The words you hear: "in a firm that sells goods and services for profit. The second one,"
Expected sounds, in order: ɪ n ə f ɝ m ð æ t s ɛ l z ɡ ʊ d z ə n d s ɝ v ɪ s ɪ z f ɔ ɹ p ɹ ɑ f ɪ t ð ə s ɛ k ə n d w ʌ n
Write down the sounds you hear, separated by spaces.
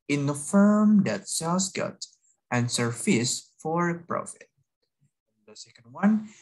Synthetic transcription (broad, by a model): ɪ n ə f ɝ m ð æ t s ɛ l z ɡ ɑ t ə n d s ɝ f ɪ s f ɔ ɹ p ɹ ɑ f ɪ t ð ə s ɛ k ə n d w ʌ n